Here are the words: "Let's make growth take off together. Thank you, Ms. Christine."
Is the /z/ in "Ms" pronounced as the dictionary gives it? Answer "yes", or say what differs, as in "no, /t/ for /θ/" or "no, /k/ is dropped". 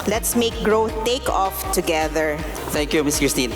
no, /s/ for /z/